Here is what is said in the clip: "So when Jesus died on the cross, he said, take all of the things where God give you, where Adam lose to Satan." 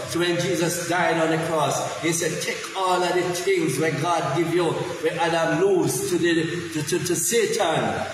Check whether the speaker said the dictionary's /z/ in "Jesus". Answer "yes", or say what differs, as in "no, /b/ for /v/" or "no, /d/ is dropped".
yes